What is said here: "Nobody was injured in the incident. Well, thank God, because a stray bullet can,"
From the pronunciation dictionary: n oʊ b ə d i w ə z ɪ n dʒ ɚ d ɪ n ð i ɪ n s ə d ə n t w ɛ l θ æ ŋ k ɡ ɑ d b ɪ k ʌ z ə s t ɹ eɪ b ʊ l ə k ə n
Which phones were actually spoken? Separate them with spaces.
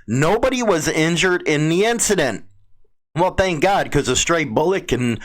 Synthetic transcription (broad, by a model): n oʊ b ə d i w ə z ɪ n dʒ ɚ d ɪ n ð i ɪ n s ə d ə n t w ɛ l θ æ ŋ k ɡ ɑ d k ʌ z ə s t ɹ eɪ b ʊ l ə k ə n